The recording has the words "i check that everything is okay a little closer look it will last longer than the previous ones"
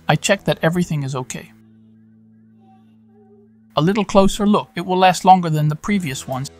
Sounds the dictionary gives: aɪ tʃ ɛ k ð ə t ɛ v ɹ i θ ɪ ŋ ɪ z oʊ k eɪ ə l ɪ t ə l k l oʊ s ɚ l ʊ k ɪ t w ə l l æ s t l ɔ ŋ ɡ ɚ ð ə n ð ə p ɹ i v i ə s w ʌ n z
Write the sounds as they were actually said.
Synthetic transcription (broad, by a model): aɪ tʃ ɛ k ð ə t ɛ v ɹ i θ ɪ ŋ ɪ z oʊ k eɪ ə l ɪ t l k l oʊ s ɚ l ʊ k ɪ t w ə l l æ s t l ɔ ŋ ɡ ɚ ð ə n ð ə p ɹ i v i ə s w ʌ n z